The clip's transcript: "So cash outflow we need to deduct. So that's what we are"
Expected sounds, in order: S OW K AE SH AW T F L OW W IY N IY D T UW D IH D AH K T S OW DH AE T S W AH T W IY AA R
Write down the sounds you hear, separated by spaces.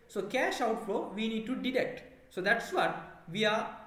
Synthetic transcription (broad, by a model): S OW K AE SH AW T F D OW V IY N IY D T UW D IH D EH K T S OW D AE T S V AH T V IY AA R